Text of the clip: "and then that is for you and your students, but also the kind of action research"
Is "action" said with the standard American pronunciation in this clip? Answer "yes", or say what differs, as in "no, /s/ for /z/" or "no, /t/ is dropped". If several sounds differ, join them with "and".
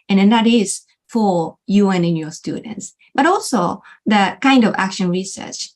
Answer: yes